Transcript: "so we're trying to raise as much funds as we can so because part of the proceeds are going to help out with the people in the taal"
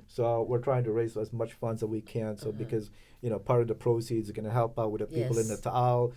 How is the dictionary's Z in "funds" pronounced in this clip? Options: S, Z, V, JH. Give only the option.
Z